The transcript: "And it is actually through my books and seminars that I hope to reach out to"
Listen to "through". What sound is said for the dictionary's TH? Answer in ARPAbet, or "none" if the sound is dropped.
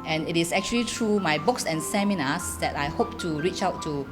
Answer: T